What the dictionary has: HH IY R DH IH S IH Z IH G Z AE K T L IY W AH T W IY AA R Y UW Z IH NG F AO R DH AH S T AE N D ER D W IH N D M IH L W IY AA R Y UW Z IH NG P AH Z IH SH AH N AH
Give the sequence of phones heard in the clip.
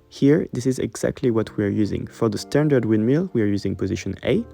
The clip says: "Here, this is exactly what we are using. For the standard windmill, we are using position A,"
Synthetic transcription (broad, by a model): HH IY R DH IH S IH Z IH G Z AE K T L IY W AH T W IY AA R Y UW Z IH NG F AO R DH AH S T AE N D ER D W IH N M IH L W IY AA R Y UW Z IH NG P AH Z IH SH AH N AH